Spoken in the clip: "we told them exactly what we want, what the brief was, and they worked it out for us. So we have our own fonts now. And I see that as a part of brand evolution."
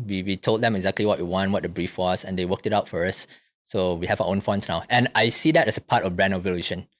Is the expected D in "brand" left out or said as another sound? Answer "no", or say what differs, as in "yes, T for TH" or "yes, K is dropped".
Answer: yes, D is dropped